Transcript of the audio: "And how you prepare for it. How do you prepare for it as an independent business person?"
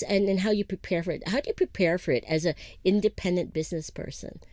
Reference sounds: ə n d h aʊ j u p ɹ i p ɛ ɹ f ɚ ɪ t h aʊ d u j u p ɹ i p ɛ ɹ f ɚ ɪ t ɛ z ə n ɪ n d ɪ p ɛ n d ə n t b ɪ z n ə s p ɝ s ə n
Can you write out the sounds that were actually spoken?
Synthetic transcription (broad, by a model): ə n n h aʊ j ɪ p ɹ i p ɛ ɹ f ɚ ɪ t h aʊ d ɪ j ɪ p ɹ i p ɛ ɹ f ɚ ɪ t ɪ z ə ɪ n d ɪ p ɛ n d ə n b ɪ z n ə s p ɝ s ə n